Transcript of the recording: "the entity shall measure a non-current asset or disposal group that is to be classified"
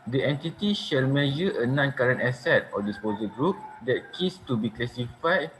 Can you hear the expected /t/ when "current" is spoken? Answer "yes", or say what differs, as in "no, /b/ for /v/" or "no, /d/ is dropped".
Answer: yes